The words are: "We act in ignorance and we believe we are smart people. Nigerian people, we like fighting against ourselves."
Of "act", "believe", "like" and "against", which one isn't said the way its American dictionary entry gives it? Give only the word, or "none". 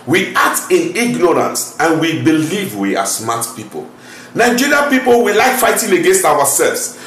act